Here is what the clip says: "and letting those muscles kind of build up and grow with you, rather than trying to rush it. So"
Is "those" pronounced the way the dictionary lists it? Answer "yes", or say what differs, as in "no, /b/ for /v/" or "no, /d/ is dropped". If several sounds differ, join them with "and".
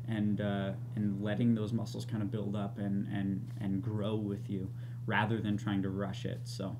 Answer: yes